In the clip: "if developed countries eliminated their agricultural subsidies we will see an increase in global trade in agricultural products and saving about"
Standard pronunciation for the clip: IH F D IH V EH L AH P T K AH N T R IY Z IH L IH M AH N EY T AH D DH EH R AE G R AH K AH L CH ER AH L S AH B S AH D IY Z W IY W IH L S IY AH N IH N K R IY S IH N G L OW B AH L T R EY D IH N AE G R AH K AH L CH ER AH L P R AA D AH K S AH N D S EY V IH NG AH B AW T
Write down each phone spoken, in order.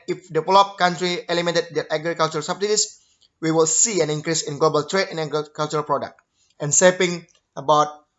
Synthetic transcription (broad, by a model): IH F D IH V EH L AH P K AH N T R IY IH L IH M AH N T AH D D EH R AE G R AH K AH L CH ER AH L S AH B S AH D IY S W IY W IH L S IY AH N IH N K R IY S IH N G L OW B AH L T R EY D IH N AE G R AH K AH L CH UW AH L P R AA D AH K AH N S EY P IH NG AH B AW T